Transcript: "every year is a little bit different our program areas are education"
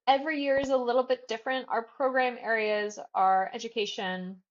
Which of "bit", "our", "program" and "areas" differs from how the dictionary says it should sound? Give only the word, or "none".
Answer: none